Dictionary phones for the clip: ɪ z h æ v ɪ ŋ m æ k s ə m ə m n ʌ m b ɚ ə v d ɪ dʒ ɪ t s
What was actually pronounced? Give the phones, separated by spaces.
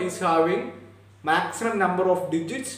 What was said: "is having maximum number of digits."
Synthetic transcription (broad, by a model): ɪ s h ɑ w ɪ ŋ m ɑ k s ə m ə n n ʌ m b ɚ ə f d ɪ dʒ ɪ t s